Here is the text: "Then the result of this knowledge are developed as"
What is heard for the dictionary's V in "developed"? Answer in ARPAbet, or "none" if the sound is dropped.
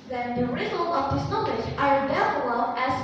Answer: F